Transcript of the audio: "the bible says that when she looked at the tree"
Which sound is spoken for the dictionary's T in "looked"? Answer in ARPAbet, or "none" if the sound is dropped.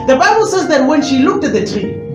T